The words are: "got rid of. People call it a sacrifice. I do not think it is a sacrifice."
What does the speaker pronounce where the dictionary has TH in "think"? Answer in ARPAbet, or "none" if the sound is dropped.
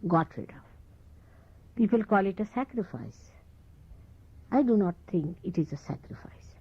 T